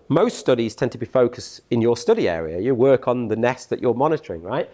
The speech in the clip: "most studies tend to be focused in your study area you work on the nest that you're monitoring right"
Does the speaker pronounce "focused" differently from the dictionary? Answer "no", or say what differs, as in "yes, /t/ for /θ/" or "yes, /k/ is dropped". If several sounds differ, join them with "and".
no